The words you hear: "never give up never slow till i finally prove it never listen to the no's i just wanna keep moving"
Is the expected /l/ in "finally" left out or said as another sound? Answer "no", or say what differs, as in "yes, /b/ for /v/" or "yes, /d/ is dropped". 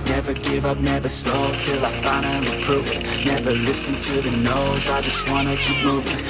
yes, /n/ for /l/